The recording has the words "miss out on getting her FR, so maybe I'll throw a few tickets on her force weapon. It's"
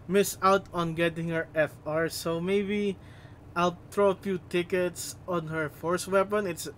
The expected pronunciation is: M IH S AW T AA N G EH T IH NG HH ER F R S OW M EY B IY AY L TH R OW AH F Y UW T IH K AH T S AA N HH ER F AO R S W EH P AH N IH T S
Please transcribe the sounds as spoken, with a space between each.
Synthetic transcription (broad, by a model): M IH S AW T AA N G EH T IH NG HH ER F R S OW M EY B IY AY L T R OW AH F Y UW T IH K AH T S AA N HH ER F AO R S W EH P AH N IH T S